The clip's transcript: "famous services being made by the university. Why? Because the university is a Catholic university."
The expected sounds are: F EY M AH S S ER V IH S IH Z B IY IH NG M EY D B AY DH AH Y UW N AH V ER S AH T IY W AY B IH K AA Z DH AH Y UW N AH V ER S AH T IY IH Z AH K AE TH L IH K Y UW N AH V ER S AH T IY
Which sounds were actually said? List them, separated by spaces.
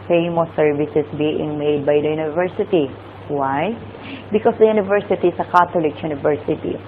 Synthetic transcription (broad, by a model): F EY M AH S S ER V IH S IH S B IY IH NG M EY D B AY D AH Y UW N AH V ER S AH T IY W AY B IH K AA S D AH Y UW N AH V ER S AH T IY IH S AH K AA T L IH K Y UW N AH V ER S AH T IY